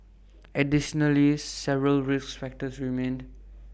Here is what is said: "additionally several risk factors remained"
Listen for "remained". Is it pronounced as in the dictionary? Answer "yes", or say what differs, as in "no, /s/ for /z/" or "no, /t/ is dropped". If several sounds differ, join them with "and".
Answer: yes